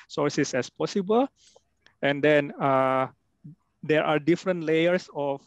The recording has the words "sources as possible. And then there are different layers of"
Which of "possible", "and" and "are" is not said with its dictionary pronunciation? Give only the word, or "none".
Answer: none